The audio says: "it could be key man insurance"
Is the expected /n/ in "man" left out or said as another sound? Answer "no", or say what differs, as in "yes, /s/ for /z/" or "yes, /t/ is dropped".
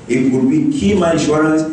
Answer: yes, /n/ is dropped